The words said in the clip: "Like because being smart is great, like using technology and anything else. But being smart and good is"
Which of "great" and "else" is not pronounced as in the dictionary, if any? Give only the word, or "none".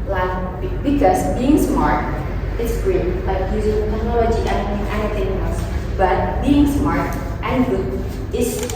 else